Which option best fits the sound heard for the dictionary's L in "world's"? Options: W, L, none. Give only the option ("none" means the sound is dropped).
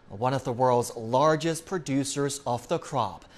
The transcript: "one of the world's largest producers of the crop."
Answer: L